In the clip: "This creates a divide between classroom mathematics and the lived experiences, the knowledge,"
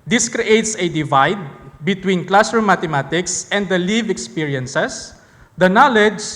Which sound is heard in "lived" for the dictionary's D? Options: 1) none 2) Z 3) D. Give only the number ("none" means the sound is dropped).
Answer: 1